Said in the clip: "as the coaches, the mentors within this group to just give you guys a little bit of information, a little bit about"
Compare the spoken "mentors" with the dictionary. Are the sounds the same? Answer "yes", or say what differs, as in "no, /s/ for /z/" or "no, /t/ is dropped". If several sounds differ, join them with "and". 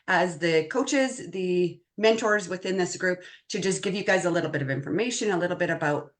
yes